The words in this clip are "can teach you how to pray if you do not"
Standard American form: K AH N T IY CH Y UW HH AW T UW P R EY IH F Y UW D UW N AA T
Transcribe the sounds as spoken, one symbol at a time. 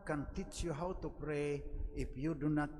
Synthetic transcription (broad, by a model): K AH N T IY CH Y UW HH AW T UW P R EY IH P Y UW D UW N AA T